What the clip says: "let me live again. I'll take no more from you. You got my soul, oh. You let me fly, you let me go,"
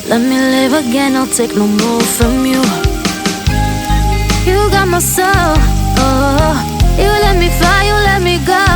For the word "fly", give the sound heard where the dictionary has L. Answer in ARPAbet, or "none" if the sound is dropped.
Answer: none